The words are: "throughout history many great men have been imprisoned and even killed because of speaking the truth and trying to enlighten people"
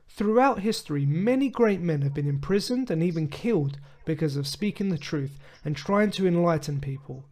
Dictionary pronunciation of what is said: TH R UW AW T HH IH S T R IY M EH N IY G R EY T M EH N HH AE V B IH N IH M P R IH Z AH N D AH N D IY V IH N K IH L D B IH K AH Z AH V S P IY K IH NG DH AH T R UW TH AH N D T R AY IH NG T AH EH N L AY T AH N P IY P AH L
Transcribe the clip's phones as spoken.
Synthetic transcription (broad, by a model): TH R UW AW T HH IH S T R IY M EH N IY G R EY T M EH N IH V B IH N IH M P R IH Z AH N D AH N IY V IH N K IH L D B IH K AH Z AH V S P IY K IH NG DH AH T R UW TH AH N T R AY IH NG T AH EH N L AY T N P IY P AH L